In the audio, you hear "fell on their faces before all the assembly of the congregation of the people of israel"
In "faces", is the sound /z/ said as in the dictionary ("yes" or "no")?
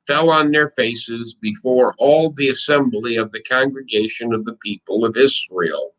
yes